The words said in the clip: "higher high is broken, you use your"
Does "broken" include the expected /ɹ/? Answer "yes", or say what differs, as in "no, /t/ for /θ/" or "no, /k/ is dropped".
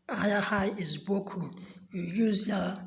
no, /ɹ/ is dropped